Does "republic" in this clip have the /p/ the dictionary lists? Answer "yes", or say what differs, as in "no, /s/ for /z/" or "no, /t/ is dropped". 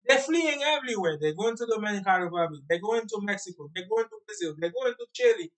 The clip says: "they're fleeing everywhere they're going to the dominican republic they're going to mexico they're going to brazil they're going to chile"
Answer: no, /b/ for /p/